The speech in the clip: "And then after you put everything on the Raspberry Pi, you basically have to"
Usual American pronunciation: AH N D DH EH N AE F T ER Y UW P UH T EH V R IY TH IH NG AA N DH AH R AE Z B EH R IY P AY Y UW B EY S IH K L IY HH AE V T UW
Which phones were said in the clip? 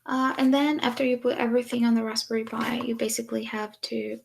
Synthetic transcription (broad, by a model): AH N DH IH N AE F T ER Y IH P UH T EH V R IY TH IH NG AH N DH AH R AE S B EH R IY B AY Y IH B EY S IH K L IY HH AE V T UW